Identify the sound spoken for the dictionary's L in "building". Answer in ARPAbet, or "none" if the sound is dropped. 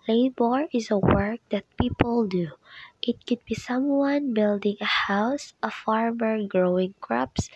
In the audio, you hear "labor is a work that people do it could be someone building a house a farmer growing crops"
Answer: L